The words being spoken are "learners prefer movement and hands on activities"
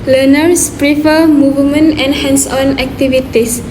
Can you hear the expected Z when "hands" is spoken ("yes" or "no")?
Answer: no